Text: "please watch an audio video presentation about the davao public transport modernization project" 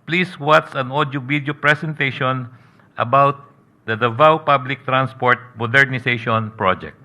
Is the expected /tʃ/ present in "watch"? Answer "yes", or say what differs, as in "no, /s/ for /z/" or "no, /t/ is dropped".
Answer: no, /s/ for /tʃ/